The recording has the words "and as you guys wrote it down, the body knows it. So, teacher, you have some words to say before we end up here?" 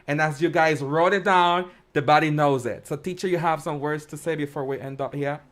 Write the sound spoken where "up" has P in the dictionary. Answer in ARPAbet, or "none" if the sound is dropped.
P